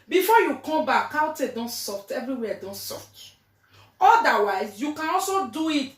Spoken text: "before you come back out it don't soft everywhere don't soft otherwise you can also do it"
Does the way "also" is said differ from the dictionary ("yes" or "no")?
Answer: no